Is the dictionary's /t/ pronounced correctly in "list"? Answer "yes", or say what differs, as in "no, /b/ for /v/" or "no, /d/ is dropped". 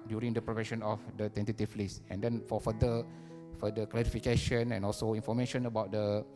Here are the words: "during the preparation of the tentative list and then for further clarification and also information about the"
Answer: no, /t/ is dropped